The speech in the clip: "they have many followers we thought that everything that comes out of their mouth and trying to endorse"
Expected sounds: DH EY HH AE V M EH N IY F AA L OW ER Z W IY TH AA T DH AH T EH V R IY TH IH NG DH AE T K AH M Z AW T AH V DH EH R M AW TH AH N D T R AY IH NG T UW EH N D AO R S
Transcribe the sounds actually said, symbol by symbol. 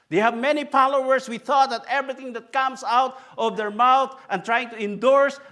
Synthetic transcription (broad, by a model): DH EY HH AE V M EH N IY P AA L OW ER S W IY TH AA T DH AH T EH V R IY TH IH NG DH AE T K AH M S AW T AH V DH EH R M AW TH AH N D T R AY IH NG T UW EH N D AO R S